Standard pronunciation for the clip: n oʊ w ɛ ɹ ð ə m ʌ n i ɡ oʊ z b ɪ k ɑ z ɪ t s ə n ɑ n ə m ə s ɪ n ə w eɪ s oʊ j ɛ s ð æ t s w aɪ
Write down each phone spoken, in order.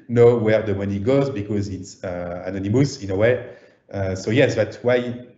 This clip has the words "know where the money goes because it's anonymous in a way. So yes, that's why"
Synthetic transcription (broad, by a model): n oʊ w ɛ ɹ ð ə m ʌ n i ɡ oʊ z b ɪ k ɑ z ɪ t s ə n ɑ n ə m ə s ɪ n ə w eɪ s oʊ j ɛ s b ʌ t w aɪ